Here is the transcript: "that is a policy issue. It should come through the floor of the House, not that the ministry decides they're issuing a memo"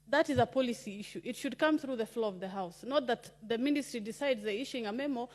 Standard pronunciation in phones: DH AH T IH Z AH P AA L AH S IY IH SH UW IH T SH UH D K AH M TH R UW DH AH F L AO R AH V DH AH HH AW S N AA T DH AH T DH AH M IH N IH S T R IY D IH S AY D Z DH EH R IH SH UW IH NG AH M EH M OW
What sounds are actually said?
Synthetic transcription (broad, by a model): DH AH T IH Z AH P AA L AH S IY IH SH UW IH T SH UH D K AH M TH R UW DH AH F L AO AH V DH AH HH AW S N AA T DH AH T DH AH M IH N IH S T R IY D IH S AY D Z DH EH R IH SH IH NG AH M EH M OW